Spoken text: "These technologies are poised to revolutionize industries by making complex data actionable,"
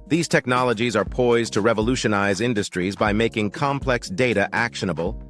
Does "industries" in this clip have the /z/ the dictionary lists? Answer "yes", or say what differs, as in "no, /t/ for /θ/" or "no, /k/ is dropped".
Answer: yes